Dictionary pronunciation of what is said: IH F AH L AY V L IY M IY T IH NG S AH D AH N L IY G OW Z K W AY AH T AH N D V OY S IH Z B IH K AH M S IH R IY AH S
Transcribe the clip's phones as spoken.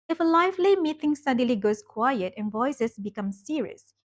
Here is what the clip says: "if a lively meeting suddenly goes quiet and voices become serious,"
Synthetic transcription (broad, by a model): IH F AH L AY F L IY M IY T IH NG S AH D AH L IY G OW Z K W AY AH T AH N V OY S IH S B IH K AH M S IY R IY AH S